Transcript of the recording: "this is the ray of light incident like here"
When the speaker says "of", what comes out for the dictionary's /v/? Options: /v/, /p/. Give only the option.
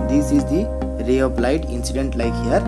/p/